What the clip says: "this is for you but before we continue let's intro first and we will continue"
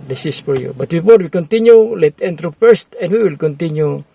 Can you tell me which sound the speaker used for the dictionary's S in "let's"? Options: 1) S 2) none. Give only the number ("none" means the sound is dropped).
2